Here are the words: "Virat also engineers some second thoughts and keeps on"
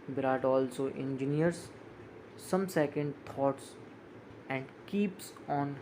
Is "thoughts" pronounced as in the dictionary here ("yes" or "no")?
no